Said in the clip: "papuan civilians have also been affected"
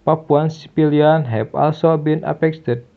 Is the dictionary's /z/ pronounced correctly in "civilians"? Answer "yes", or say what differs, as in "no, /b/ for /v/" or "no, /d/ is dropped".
no, /z/ is dropped